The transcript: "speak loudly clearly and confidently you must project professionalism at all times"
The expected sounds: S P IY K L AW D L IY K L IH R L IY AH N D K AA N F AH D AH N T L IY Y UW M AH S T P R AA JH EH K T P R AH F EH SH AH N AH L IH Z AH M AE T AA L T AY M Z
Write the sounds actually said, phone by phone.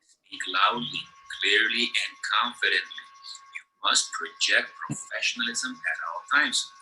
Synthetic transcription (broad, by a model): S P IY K L AW D L IY K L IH R L IY AH N D K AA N F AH D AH N T L IY Y UW M AH S T P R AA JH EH K T P R AH F EH SH AH N AH L IH Z AH M AE T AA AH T AY M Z